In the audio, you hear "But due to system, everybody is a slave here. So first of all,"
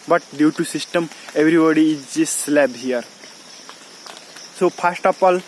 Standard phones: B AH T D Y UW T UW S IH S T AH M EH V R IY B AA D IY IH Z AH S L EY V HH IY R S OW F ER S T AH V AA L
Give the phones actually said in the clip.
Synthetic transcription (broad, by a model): B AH T D Y UW T UW S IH S T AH M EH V R IY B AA D IY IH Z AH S L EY B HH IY R S OW P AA S T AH P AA L